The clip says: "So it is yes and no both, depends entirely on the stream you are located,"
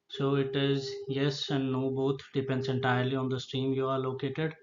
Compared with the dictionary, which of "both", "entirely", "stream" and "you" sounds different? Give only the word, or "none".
both